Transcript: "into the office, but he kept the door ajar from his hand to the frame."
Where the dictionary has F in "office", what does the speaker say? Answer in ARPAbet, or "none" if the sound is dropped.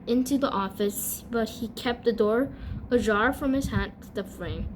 F